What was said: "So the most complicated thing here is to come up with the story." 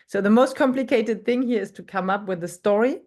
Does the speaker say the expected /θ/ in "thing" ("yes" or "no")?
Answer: yes